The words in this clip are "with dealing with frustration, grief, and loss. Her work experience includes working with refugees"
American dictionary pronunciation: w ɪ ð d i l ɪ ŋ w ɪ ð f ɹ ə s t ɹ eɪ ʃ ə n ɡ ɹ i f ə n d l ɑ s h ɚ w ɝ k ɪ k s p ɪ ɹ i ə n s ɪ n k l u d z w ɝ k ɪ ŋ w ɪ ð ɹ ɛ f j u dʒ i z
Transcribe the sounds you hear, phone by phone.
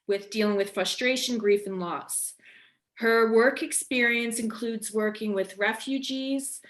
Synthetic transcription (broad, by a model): w ɪ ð d i l ɪ ŋ w ɪ ð f ɹ ə s t ɹ eɪ ʃ ə n ɡ ɹ i f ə n l ɑ s h ɚ w ɝ k ɪ k s p ɪ ɹ i ə n s ɪ n k l u d z w ɝ k ɪ ŋ w ɪ ð ɹ ɛ f j u dʒ i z